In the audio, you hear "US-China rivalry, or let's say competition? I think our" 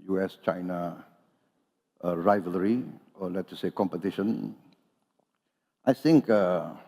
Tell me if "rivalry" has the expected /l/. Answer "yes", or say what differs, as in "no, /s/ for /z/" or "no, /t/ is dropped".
yes